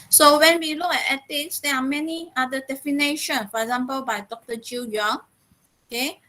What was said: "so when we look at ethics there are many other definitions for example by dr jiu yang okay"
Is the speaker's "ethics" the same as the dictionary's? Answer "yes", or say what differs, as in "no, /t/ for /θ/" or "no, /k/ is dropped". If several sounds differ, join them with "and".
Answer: no, /t/ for /θ/